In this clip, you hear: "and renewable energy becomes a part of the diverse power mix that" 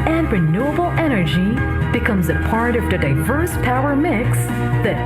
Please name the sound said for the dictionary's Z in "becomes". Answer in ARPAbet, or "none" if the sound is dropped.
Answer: Z